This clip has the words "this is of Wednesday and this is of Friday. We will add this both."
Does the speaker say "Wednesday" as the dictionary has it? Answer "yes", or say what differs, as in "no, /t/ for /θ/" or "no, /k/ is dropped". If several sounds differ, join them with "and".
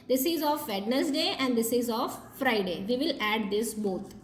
no, /s/ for /z/